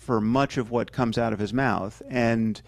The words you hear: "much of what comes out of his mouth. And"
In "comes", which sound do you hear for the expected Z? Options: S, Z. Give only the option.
Z